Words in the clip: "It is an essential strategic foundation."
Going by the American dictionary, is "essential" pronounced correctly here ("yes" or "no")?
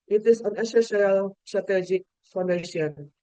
no